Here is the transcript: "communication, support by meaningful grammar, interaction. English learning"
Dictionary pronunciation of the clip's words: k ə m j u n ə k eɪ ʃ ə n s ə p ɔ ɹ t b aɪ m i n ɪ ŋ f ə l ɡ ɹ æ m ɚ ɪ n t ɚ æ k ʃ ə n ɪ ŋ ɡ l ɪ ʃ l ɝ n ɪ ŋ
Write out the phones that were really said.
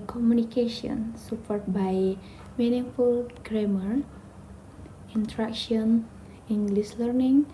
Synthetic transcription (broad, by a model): k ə m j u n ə k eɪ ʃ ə n s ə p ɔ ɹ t b aɪ m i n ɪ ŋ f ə l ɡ ɹ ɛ m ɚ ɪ n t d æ k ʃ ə n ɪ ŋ ɡ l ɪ s l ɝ n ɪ ŋ